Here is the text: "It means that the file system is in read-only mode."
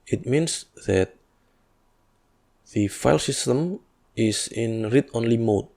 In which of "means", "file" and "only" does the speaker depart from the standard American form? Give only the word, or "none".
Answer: means